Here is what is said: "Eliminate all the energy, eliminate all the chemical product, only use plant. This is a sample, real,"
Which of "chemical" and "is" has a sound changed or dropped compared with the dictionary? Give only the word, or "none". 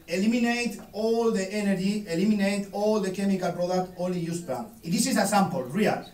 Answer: is